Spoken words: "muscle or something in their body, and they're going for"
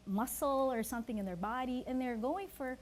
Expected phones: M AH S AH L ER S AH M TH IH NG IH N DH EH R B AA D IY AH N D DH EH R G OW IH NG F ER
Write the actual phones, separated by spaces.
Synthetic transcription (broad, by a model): M AH S L ER S AH M TH IH NG IH N DH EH R B AA D IY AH N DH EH R G OW IH NG F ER